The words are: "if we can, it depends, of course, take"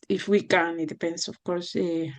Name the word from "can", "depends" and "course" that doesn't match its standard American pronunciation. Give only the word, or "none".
depends